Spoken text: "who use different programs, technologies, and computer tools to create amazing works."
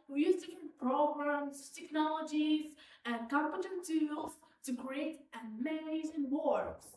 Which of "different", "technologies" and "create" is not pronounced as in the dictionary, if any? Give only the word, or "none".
different